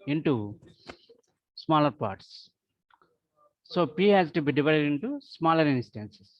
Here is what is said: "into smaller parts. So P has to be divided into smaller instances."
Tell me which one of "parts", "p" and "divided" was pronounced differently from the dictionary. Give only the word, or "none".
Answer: none